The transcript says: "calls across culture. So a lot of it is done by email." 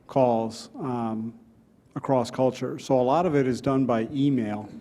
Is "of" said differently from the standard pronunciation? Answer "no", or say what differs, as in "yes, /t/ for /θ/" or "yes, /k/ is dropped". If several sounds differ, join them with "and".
no